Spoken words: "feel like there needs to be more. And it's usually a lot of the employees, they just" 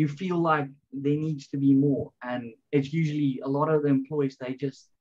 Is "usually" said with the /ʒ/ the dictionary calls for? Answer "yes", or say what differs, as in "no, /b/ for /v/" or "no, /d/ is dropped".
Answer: yes